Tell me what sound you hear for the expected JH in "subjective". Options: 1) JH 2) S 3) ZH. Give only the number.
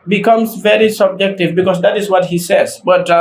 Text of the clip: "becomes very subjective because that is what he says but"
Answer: 1